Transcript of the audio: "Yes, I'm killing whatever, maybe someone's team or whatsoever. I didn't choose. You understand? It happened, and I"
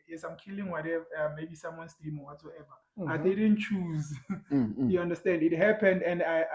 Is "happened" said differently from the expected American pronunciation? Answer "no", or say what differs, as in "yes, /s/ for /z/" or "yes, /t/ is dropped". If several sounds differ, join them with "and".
no